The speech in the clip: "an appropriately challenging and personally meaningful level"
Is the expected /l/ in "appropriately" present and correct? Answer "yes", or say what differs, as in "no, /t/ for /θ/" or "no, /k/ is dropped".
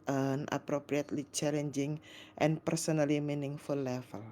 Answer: yes